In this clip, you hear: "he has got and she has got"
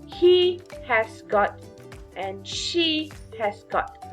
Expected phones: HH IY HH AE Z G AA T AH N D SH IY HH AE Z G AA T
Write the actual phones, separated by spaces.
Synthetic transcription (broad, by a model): HH IY HH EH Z G AA T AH N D SH IY HH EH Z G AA T